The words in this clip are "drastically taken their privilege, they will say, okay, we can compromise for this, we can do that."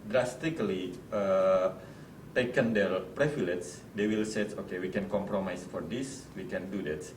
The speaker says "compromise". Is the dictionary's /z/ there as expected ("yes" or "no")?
no